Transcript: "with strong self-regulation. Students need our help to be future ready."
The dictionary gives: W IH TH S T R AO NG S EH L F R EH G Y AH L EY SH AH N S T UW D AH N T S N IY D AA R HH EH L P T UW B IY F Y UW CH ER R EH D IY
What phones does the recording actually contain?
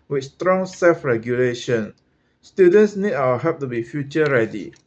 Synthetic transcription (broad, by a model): W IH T S T R AO NG S EH L F R EH G Y AH L EY SH AH N S T UW D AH N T S N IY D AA HH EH P T UW B IY F Y UW CH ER R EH D IY